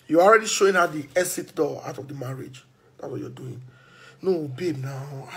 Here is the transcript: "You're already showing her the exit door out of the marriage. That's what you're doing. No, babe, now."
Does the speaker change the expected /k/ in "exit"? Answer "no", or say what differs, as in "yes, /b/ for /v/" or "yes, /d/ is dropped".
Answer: yes, /k/ is dropped